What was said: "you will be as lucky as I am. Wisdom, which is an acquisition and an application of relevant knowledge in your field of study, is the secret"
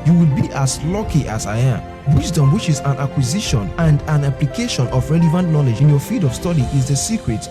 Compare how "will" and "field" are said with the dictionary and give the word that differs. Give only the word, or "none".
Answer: field